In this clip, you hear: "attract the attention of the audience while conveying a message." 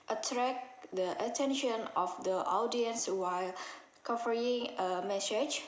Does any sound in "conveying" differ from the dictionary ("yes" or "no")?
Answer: yes